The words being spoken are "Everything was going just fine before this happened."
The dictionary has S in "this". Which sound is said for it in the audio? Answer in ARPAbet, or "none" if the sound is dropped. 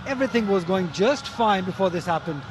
S